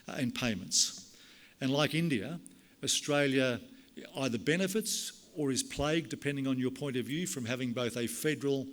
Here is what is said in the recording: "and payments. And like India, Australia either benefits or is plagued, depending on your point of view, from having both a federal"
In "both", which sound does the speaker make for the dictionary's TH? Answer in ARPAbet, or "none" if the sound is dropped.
TH